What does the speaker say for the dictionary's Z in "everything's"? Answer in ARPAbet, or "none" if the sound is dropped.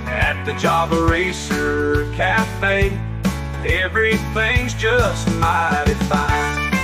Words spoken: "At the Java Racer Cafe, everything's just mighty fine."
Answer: Z